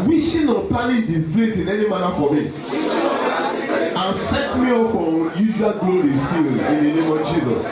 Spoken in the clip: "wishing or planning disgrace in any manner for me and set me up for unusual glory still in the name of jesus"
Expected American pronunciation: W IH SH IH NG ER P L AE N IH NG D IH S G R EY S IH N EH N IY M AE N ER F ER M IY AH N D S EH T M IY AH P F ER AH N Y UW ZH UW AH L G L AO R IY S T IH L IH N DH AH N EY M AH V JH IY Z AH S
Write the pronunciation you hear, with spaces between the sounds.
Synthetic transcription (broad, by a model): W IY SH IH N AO P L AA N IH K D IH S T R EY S IH N EH N IY M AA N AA F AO M IY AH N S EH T M IY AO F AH Y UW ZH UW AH L G L AO R IY S T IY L IH N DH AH N EY M AH V JH IY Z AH S